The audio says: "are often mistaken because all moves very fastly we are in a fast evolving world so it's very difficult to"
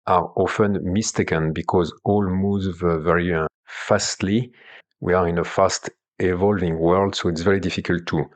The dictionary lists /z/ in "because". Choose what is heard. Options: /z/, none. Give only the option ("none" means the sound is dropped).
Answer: /z/